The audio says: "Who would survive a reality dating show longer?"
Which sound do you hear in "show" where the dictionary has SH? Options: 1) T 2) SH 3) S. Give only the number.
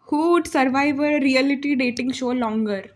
2